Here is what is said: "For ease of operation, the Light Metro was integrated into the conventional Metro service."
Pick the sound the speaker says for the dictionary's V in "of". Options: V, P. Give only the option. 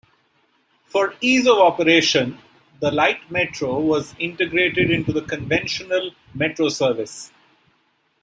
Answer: V